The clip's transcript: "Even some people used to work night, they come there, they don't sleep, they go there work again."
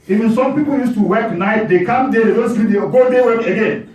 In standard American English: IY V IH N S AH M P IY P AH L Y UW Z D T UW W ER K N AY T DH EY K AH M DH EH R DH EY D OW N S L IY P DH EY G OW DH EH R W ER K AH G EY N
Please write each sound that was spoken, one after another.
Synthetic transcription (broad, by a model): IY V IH N S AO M P IY P AH L Y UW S T UW W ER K N AY T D EY K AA M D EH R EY D OW N S IY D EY G OW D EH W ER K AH G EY N